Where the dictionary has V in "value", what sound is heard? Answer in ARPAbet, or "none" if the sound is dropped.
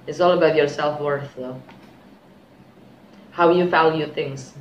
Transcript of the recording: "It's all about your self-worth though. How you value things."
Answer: F